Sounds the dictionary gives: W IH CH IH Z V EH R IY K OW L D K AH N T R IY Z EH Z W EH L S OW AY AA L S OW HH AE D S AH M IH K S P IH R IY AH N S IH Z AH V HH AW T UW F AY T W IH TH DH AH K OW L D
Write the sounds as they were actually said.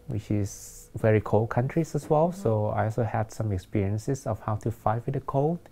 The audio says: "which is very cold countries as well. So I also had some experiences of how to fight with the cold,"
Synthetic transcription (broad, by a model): W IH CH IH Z V EH R IY K OW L K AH N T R IY S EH S W EH L S OW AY AA L S OW HH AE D S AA M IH K S P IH R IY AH N S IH S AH F HH AW T UW F AY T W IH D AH K OW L